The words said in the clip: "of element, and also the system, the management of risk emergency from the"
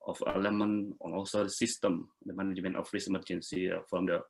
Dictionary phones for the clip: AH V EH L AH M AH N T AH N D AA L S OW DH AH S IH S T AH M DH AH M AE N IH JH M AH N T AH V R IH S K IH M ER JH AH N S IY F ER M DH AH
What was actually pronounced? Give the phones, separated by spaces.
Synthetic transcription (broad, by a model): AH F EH L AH M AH N AH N AA L S OW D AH S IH S T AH M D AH M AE N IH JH M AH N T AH F R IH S M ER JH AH N S IY F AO M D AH